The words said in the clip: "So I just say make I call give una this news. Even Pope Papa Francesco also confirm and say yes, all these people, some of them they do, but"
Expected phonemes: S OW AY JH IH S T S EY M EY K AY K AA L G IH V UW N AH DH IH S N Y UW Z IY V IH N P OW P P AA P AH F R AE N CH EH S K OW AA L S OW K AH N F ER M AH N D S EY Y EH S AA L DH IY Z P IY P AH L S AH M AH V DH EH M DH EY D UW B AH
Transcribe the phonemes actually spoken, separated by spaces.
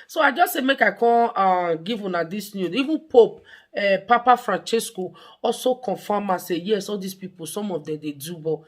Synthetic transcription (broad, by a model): S OW AY JH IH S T S EY M EY K AY K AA N G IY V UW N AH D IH S N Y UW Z IY V IH N P OW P P AA P AH F R AE N CH EH S K OW AA L S OW K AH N F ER M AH S EY Y EH S AA L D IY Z P IY P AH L S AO M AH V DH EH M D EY D UW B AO